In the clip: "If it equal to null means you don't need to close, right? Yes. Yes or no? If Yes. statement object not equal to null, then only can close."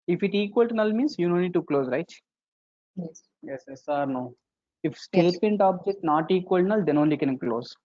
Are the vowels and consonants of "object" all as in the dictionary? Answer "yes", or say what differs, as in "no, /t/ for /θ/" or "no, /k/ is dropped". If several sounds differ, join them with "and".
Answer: yes